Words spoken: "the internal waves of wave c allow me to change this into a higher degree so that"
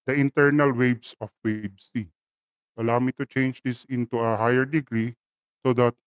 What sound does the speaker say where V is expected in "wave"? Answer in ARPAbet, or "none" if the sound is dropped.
B